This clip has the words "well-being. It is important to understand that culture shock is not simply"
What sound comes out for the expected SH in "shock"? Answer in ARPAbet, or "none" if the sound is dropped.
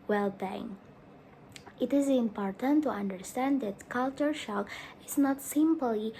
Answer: SH